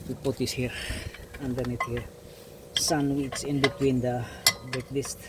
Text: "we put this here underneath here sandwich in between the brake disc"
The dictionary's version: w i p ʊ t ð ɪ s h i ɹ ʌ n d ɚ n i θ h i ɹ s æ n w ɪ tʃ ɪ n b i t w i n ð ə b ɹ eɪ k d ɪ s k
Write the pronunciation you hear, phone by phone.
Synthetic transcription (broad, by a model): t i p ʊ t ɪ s h i ɹ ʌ n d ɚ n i t h i ɹ s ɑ n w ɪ s ɪ n b i t w i n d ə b eɪ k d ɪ s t